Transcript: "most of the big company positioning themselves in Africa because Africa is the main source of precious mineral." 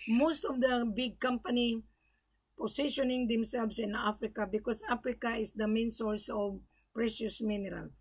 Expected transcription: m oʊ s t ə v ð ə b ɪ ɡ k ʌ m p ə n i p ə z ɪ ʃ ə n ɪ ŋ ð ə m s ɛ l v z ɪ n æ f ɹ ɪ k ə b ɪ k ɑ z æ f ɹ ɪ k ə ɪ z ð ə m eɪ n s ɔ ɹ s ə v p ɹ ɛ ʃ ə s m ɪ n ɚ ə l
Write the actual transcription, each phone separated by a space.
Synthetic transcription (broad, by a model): m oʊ s t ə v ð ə b ɪ ɡ k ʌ m p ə n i p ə s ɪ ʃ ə n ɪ ŋ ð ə m s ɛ l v s ɪ n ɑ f ɹ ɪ k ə b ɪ k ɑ s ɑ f ɹ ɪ k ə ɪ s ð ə m eɪ n s ɔ ɹ s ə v p ɹ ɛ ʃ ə s m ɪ n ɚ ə l